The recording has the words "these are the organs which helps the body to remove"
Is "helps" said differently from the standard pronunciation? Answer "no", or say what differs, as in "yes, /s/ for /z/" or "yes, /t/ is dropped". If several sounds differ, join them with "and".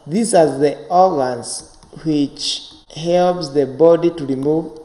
no